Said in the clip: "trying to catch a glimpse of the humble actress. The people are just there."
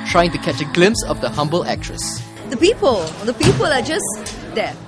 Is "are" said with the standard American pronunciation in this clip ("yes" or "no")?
no